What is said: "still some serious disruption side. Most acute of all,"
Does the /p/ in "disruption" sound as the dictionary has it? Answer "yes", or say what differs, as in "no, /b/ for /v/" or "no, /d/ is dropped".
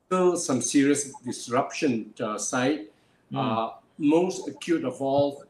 yes